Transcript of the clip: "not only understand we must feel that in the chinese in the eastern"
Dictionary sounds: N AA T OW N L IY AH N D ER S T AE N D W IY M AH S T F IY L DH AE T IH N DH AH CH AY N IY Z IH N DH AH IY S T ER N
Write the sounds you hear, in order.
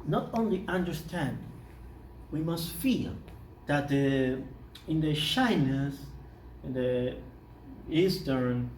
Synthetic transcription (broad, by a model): N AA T OW N L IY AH N D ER S T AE N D W IY M AH S T F IY L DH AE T IH N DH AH SH AY N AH S IH N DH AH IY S T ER N